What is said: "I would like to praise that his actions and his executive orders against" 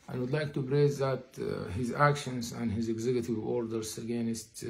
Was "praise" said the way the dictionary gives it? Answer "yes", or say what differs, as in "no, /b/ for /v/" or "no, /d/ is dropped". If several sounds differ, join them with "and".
no, /b/ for /p/